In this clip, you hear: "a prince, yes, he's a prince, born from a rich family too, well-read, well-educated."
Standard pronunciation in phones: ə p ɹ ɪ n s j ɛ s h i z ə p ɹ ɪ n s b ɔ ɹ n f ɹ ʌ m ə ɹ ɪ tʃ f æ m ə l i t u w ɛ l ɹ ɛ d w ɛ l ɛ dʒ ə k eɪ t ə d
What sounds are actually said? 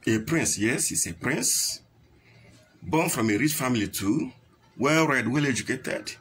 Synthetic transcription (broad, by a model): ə p ɹ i n s j ɛ s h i s ə p ɹ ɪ n s b ɔ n f ɹ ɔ m ə ɹ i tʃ f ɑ m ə l i t u w ɛ l ɹ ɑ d w ɛ l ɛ dʒ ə k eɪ t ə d